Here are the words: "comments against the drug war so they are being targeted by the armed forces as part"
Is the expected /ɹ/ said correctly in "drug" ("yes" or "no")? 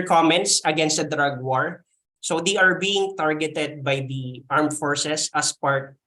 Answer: yes